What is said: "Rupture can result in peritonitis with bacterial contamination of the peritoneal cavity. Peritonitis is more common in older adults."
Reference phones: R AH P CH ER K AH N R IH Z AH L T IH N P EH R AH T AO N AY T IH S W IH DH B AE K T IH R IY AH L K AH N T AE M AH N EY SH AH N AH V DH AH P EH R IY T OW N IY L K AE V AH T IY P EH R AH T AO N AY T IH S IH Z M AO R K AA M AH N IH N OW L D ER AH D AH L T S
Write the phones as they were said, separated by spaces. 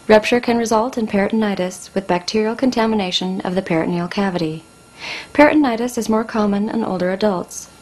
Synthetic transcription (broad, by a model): R AH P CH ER K AH N R IH Z AH L T IH N P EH R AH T N AY T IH S W IH DH B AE K T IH R IY L K AH N T AE M AH N EY SH AH N AH V DH AH P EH R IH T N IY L K AE V AH T IY P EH R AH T N AY T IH S IH Z M AO R K AA M AH N IH N OW L D ER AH D AH L T S